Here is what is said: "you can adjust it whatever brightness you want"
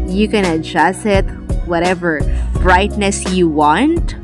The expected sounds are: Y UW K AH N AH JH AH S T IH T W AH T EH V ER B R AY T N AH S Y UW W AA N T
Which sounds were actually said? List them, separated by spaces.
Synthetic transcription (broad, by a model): Y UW K AH N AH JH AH S IH T W AH T EH V ER B R AY T N AH S Y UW W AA N T